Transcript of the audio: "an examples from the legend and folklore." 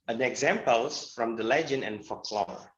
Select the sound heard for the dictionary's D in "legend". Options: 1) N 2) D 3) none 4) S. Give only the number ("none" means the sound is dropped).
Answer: 3